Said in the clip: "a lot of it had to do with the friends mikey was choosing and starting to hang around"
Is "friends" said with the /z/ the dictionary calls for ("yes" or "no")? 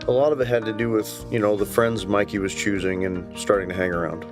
yes